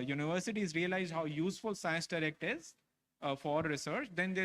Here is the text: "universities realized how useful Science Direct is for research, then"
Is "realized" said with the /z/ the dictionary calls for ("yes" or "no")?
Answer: yes